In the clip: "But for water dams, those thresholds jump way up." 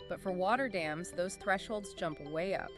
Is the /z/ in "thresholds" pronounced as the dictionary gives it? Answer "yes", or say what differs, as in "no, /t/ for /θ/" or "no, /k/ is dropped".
yes